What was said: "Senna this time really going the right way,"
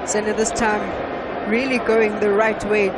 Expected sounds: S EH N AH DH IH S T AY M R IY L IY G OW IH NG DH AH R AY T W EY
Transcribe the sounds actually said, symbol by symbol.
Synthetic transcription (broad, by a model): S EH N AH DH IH S T AY M R IY L IY G OW IH NG DH AH R AY T W EY